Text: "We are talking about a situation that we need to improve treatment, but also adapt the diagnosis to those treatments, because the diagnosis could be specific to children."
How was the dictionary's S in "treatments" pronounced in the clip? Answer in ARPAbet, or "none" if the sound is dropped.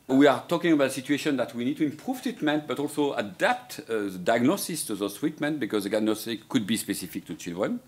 none